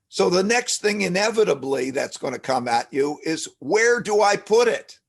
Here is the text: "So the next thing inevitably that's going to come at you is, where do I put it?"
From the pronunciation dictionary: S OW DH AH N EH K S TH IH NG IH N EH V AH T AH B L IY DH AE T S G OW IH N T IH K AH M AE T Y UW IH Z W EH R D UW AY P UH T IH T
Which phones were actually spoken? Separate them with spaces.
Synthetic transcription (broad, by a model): S OW DH AH N EH K S TH IH NG IH N EH V AH T AH B L IY DH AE T S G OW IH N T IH K AH M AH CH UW IH Z W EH R D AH AY P UH T IH T